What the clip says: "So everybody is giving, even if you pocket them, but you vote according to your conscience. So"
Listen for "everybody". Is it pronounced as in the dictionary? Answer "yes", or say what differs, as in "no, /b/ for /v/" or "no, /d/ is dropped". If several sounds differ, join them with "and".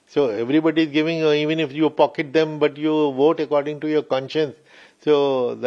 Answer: yes